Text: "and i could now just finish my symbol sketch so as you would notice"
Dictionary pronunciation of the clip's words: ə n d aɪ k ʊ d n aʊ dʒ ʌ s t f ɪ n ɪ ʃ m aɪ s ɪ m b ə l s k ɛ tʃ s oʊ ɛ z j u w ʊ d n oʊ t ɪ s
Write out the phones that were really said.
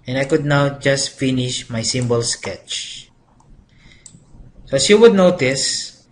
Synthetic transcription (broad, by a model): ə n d aɪ k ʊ d n aʊ dʒ ʌ s t f ɪ n ɪ ʃ m aɪ s ɪ m b ə l s k ɛ tʃ s oʊ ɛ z j u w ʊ d n oʊ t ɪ s